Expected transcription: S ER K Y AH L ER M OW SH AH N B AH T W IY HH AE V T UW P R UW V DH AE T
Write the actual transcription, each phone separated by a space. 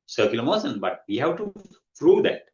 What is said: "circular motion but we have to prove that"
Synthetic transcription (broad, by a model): S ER K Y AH L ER M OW S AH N B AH T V IY HH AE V T UW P R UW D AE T